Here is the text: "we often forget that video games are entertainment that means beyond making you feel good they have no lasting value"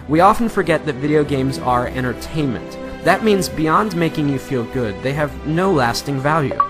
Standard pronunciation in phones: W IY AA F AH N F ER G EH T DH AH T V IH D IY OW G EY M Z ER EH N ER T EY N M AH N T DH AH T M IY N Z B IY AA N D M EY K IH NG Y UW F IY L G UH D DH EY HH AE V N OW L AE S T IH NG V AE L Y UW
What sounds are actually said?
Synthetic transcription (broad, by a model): W IY AA F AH N F ER G EH T DH AH T V IH D IY OW G EY M Z ER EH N ER T EY N M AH N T DH AH T M IY N Z B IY AA N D M EY K IH NG Y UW F IY L G UH D DH EY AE V N OW L AE S T IH NG V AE L Y UW